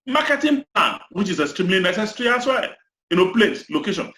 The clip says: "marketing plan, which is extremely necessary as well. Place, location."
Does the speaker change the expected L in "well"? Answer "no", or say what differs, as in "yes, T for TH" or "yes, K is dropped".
yes, N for L